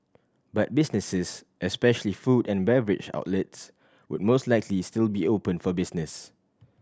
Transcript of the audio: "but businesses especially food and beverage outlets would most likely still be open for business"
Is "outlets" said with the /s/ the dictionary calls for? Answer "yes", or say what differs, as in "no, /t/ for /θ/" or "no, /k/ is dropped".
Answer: yes